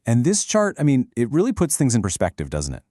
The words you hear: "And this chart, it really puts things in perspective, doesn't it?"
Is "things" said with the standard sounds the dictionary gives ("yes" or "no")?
yes